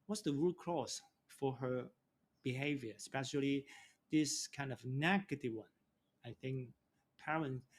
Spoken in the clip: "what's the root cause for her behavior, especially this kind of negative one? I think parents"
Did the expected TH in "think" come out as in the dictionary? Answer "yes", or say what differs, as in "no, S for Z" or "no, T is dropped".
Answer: yes